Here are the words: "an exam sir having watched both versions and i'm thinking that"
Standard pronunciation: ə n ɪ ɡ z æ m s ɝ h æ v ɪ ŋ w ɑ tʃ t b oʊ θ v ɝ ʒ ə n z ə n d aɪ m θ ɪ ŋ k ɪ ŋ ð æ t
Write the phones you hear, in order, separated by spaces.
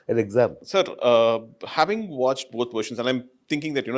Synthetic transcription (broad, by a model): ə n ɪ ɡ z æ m s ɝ h æ v ɪ ŋ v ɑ tʃ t b oʊ t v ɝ ʃ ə n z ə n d aɪ m t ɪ ŋ k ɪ ŋ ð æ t